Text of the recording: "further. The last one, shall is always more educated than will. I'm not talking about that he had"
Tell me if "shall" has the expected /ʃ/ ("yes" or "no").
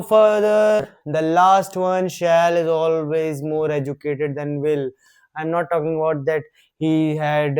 yes